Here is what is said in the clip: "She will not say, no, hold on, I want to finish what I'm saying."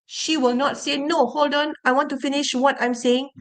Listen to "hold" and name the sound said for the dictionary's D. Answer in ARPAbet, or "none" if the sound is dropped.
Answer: D